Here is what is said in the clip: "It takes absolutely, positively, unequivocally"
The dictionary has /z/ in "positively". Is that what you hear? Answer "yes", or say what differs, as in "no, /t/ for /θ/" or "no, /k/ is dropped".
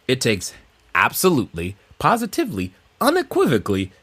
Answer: yes